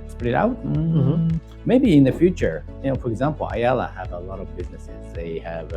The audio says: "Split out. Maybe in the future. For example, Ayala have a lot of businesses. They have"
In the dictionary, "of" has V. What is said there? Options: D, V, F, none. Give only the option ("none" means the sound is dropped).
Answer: V